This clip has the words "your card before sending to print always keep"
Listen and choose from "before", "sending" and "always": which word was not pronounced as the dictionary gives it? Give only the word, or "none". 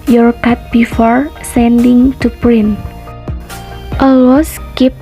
always